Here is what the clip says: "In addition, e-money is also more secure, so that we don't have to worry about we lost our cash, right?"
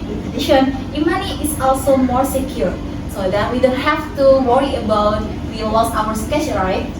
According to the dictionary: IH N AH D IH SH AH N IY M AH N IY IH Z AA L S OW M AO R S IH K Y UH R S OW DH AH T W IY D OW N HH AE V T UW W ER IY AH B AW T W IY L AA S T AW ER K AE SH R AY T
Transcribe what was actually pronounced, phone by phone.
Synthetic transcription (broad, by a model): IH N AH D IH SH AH N IY M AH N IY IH S AA L S OW M AO R S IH K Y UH R S OW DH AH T W IY D OW N HH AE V T UW W ER IY AH B AW T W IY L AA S AW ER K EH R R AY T